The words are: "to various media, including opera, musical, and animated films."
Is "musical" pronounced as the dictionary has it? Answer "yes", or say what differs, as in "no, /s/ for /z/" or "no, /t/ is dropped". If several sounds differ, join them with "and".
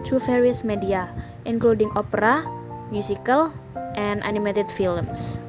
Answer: no, /s/ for /z/